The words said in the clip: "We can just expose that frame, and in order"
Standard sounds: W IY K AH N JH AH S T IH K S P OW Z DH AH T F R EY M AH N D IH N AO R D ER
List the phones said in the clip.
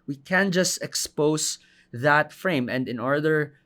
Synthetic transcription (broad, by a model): W IY K AH N JH AH S T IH K S P OW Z DH AH T F R EY M AH N D IH N AO R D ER